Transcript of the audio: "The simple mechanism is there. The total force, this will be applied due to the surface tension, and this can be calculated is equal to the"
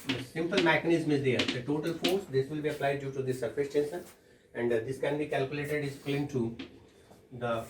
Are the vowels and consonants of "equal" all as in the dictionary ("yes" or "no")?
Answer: no